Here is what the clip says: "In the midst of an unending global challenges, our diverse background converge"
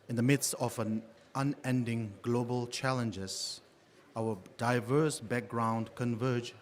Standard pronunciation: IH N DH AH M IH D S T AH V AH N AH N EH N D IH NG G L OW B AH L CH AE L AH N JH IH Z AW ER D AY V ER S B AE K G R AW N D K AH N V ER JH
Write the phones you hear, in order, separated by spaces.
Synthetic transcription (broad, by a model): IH N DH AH M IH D S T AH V AH N AH N EH N D IH NG G L OW B AH L CH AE L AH N JH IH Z AW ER D AY V ER S B AE K G R AW N D K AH N V ER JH